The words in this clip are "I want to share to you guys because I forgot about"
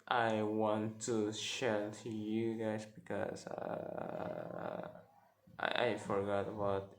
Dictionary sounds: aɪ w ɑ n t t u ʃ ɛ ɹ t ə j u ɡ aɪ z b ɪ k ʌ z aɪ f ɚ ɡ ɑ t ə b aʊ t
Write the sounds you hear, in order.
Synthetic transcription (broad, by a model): aɪ w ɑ n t t u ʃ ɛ l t j u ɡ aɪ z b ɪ k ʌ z aɪ f ɚ ɡ ɑ t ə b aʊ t